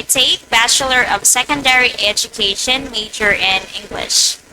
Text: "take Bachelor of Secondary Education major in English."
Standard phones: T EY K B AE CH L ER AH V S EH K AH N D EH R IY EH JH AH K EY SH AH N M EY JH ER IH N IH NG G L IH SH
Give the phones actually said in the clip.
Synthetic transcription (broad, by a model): T EY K B AE CH L ER AH V S EH K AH N D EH R IY EH JH AH K EY SH AH N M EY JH ER IH N IH NG G L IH SH